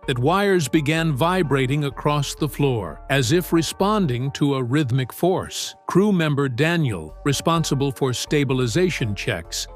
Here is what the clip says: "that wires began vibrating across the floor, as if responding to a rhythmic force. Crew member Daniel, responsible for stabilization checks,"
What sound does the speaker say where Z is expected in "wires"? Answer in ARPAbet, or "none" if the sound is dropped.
Z